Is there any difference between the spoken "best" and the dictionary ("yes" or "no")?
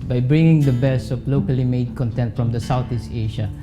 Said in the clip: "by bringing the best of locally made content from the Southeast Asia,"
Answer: yes